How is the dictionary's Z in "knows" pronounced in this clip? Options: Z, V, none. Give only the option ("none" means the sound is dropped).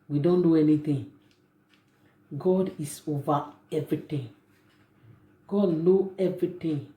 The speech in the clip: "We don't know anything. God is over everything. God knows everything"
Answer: none